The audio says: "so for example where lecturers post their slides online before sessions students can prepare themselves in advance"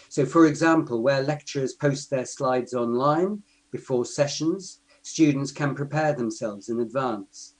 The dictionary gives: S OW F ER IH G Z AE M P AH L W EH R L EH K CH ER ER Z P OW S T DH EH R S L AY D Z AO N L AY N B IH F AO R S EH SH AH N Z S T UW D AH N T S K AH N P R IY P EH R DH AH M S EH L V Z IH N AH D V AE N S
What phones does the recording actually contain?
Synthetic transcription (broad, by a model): S OW F ER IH G Z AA M P AH L W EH L EH K CH ER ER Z P OW S T DH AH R S L AY D Z AO N L AY N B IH F AO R S EH SH AH N Z S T UW D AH N T S K AH N P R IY P EH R DH AH M S EH L V Z IH N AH D V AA N S